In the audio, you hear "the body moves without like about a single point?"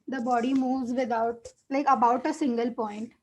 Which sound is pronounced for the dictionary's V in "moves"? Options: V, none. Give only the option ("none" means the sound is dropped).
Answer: V